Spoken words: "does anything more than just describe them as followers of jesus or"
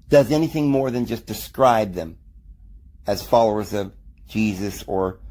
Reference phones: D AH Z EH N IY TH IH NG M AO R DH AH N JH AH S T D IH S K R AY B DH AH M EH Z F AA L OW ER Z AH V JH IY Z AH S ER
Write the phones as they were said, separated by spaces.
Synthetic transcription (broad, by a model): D AH Z EH N IY TH IH NG M AO R DH AH N JH AH S D IH S K R AY B DH AH M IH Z F AA L OW ER Z AH V JH IY Z AH S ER